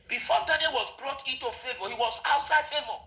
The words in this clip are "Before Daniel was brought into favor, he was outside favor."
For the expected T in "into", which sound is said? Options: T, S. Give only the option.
T